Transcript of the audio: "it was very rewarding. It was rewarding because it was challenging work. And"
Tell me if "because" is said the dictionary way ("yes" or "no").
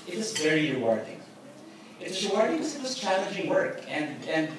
no